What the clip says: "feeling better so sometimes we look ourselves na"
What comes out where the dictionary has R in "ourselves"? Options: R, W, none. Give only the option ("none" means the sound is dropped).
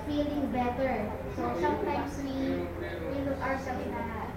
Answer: W